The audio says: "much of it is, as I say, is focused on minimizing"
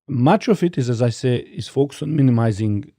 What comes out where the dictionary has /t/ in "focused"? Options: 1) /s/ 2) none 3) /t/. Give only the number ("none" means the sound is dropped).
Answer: 2